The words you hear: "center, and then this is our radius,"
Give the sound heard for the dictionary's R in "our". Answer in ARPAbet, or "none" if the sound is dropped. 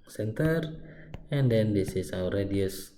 W